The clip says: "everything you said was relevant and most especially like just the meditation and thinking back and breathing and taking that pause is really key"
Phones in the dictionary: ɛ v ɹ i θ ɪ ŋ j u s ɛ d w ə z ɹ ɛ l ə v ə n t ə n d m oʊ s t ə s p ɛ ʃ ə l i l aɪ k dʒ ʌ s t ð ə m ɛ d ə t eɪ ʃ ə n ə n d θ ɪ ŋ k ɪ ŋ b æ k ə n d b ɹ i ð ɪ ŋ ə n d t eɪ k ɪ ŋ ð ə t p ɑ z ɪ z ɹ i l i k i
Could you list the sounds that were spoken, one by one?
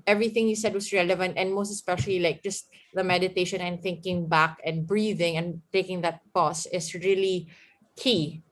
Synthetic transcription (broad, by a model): ɛ v ɹ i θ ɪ ŋ j u s ɛ d w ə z ɹ ɛ l ə v ə n t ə n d m oʊ s t ə s p ɛ ʃ ə l i l aɪ k dʒ ʌ s t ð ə m ɛ d ə t eɪ ʃ ə n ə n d θ ɪ ŋ k ɪ ŋ b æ k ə n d b ɹ i ð ɪ ŋ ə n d t eɪ k ɪ ŋ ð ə t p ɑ s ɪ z ɹ i l i k i